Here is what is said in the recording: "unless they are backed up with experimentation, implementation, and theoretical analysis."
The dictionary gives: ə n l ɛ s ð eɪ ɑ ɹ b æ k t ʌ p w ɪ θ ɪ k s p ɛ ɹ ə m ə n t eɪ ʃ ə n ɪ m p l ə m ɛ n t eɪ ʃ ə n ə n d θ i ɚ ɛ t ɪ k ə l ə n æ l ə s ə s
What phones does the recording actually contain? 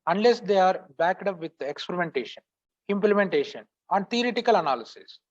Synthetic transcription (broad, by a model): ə n l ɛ s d eɪ ɑ ɹ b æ k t ʌ p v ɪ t ɪ k s p ɛ ɹ ə m ə n t eɪ ʃ ə n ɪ m p l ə m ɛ n t eɪ ʃ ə n ə n d t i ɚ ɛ t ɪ k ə l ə n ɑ l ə s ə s